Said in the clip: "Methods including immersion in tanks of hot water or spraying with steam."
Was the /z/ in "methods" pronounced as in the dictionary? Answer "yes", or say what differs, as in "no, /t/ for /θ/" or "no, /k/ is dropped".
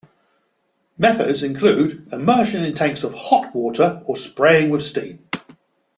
yes